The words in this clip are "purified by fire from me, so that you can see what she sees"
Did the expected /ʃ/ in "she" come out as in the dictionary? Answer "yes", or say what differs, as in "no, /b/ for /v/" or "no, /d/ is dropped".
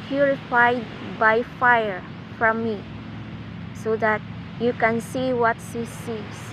no, /s/ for /ʃ/